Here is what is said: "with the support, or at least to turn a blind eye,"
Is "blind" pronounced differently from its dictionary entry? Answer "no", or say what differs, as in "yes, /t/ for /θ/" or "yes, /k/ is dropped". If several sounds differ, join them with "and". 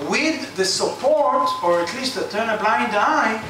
no